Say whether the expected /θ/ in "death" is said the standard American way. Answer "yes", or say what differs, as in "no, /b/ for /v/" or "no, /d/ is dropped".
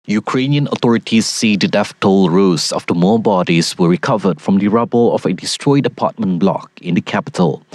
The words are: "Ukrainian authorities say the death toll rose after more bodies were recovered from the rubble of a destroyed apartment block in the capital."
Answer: no, /f/ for /θ/